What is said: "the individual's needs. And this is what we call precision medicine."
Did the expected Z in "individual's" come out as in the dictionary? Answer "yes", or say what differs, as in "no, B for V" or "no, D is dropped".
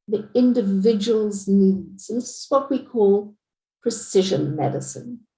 yes